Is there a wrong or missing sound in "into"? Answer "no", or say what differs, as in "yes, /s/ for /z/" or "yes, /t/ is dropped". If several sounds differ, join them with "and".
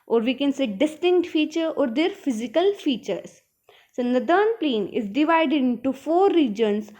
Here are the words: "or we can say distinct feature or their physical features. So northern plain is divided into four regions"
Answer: no